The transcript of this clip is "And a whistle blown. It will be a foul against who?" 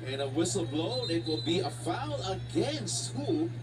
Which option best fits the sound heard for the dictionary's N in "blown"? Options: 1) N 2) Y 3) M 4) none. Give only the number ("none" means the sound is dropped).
4